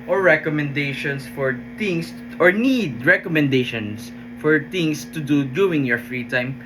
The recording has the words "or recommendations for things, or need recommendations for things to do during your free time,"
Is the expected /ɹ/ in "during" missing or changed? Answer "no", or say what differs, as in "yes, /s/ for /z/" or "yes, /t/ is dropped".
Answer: yes, /ɹ/ is dropped